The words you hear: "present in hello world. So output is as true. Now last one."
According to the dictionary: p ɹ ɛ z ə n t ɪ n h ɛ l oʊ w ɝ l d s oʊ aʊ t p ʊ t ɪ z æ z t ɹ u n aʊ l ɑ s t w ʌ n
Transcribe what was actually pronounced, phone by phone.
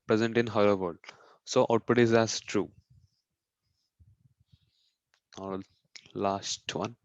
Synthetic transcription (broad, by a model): p ɹ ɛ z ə n t ɪ n h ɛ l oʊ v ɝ d s oʊ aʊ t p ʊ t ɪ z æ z t ɹ u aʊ l ɑ s t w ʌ n